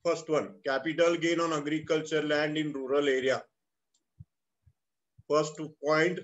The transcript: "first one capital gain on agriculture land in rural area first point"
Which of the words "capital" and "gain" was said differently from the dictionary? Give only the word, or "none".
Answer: none